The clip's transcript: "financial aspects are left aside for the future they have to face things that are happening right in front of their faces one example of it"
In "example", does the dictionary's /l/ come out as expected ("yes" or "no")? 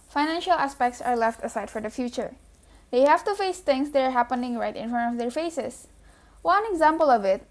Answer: yes